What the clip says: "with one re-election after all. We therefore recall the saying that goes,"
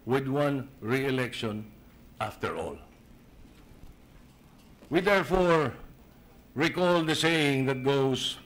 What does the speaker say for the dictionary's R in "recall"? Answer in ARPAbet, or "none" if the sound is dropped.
R